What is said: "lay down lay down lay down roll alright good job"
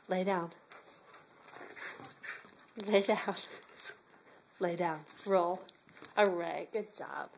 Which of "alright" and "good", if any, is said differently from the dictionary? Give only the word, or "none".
alright